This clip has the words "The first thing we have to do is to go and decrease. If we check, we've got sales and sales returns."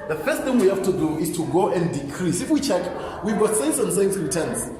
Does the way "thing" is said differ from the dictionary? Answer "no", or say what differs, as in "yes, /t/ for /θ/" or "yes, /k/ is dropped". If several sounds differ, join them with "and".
no